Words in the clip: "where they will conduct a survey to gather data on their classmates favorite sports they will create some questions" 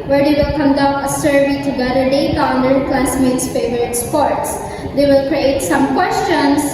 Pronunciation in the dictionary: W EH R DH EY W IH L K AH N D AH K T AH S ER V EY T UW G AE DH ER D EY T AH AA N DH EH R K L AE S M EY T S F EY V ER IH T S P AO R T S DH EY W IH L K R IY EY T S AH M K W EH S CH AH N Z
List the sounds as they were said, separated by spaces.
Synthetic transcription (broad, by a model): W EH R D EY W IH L K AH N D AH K AH S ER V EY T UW G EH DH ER D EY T AA N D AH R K L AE S M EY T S F EY V ER IH T S P AO R T S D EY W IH L K R IY EY T S AH M K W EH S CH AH N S